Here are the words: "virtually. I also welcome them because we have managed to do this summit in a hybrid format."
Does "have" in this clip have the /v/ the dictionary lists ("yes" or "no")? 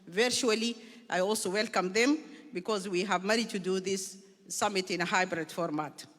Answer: yes